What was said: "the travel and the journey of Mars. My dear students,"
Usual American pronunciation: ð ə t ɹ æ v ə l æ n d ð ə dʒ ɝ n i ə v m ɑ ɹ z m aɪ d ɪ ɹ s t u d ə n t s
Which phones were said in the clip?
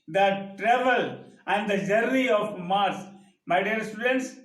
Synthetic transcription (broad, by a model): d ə t ɹ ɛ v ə l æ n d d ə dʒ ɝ i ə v m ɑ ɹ s m aɪ d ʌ ɹ s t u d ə n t s